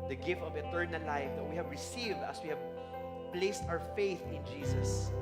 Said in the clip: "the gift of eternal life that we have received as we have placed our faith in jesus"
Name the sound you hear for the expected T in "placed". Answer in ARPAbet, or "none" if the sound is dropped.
T